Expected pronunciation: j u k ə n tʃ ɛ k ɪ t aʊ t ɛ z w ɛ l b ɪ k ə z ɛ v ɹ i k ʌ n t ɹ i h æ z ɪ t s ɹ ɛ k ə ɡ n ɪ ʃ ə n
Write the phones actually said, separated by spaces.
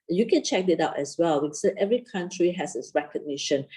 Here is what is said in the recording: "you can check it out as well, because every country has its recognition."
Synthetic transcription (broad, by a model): j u k ə n tʃ ɛ k ɪ t aʊ t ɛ s w ɛ l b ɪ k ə ɛ v ɹ i k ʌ n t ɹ i h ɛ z ɪ t s ɹ ɛ k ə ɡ n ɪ ʃ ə n